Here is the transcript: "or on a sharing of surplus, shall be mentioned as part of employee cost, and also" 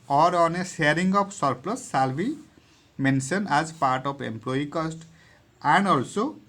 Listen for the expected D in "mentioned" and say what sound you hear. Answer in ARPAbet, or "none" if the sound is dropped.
none